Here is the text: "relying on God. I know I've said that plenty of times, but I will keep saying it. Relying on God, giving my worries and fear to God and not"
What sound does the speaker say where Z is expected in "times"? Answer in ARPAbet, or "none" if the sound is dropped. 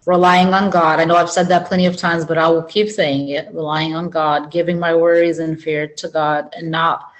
Z